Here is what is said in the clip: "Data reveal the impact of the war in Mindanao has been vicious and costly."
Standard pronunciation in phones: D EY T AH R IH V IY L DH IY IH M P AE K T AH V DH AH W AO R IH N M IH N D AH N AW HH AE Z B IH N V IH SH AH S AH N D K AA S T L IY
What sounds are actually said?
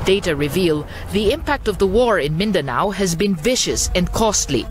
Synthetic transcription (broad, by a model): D EY T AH R IH V IY L DH IY IH M P AE K T AH V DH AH W AO R IH N M IH N D AH N AW HH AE Z B IH N V IH SH AH S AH N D K AA S T L IY